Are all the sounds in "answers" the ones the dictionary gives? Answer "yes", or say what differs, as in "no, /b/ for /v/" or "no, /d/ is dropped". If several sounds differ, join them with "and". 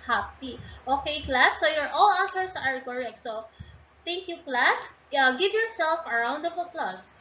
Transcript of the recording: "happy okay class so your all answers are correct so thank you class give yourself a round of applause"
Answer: no, /n/ is dropped